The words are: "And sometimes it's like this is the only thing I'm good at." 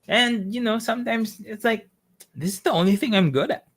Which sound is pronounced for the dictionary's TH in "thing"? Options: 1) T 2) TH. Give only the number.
2